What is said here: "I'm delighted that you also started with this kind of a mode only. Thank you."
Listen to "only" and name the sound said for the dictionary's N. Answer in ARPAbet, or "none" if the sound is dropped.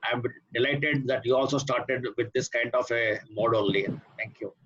L